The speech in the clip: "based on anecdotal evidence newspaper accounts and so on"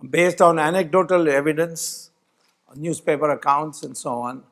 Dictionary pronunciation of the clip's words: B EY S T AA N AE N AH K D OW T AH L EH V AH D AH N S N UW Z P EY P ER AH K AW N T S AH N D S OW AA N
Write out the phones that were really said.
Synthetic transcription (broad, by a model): B EY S T AA N AE N AH K D OW T AH L EH V AH D AH N S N UW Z P EY P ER AH K AW N T S AH N D S OW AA N